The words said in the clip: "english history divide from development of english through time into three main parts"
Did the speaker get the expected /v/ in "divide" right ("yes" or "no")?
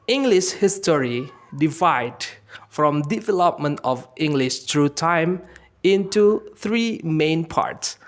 yes